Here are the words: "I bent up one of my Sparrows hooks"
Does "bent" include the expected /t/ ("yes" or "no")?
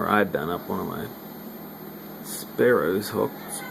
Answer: no